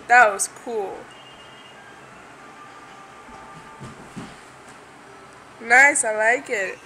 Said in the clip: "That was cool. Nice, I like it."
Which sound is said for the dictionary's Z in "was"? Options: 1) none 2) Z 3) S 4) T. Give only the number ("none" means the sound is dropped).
3